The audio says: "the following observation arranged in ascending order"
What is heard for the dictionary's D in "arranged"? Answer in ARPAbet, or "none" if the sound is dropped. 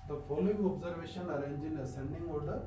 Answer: none